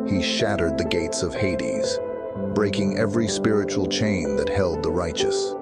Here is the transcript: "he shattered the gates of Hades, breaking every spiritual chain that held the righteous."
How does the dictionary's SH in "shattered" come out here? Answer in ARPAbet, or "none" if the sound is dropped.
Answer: SH